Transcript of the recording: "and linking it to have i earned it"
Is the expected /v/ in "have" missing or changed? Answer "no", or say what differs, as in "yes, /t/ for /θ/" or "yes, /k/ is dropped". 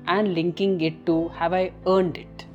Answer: no